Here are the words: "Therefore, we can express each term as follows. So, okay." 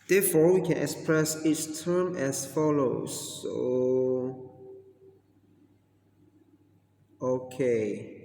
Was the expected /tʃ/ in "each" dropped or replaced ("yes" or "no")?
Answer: yes